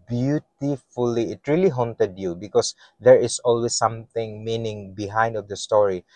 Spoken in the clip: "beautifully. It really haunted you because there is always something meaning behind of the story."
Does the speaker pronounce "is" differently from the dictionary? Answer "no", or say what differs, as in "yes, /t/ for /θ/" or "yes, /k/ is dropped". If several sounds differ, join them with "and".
yes, /s/ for /z/